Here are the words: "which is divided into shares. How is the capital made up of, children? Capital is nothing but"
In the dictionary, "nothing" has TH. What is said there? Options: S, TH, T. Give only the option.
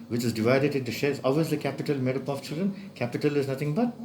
T